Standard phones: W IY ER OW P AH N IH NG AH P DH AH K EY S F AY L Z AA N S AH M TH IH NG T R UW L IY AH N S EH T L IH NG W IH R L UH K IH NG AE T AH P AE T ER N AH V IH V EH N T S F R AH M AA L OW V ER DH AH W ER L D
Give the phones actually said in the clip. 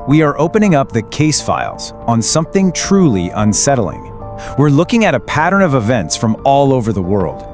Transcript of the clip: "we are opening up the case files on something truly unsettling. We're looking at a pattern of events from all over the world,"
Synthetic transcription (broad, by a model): W IY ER OW P AH N IH NG AH P DH AH K EY S F AY L Z N S AH M TH IH NG T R UW L IY AH N S EH T L IH NG W IH R L UH K IH NG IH T AH P AE T ER N AH V IH V EH N T S F R AH M AA L OW V ER DH AH W ER L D